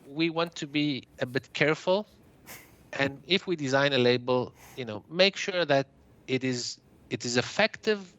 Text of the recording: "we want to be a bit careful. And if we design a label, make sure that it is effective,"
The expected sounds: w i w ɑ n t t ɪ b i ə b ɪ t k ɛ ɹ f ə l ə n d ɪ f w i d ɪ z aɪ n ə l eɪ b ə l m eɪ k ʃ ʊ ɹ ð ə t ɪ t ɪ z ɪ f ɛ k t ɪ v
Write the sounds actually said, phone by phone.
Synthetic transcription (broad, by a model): w i w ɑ n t t ɪ b i ə b ɪ t k ɛ ɹ f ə l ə n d ɪ f w i d ɪ z aɪ n ə l eɪ b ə n m eɪ k ʃ ʊ ɹ ð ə t ɪ t ɪ z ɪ f ɛ k t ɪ v